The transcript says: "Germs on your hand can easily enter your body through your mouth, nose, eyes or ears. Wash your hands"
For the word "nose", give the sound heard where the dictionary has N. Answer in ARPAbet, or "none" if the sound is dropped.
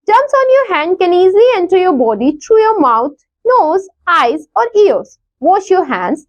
N